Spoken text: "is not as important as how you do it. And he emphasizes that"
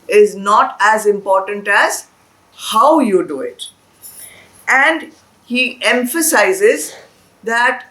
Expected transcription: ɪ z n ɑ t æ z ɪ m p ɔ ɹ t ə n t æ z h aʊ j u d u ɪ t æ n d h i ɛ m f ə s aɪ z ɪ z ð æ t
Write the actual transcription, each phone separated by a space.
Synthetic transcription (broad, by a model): ɪ z n ɑ t æ z ɪ m p ɔ ɹ t ə n t æ z h aʊ j u d u ɪ t æ n d h i ɛ m f ə s aɪ z ɪ z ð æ t